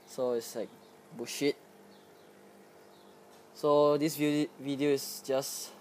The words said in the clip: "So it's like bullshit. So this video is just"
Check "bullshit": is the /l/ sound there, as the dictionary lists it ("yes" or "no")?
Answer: no